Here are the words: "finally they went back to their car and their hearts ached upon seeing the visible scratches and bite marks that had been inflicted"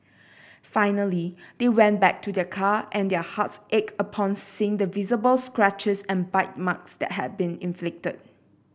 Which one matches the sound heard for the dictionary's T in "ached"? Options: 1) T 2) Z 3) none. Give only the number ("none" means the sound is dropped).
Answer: 3